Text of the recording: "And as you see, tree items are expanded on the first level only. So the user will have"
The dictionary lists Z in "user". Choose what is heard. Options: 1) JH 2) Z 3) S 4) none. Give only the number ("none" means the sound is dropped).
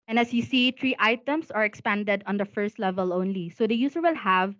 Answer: 3